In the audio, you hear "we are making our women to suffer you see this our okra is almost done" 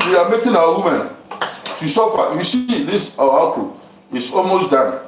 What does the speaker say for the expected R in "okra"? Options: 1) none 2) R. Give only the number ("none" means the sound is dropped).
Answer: 1